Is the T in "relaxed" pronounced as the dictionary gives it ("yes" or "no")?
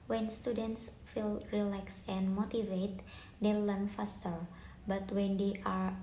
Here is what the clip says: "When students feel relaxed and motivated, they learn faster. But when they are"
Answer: no